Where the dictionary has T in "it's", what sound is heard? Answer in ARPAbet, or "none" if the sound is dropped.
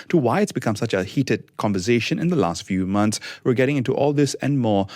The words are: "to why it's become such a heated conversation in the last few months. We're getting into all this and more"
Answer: T